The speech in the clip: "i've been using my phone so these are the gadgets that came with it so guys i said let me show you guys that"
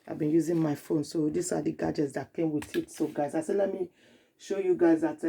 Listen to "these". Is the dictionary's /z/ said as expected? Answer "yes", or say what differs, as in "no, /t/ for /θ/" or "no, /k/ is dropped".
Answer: no, /s/ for /z/